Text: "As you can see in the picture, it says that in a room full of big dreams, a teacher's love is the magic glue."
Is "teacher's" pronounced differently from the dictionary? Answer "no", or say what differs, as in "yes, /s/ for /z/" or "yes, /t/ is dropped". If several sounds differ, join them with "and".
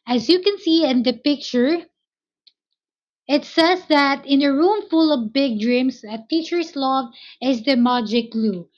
yes, /s/ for /z/